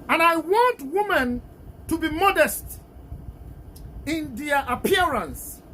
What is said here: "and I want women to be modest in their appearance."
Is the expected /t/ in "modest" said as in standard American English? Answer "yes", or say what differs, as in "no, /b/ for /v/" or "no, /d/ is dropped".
yes